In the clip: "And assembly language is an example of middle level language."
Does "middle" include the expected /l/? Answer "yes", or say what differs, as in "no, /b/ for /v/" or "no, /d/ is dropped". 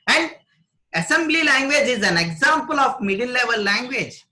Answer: no, /n/ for /l/